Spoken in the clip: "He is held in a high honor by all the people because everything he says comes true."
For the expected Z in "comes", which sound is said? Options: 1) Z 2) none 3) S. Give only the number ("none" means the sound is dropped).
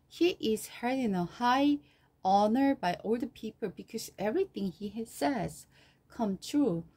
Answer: 2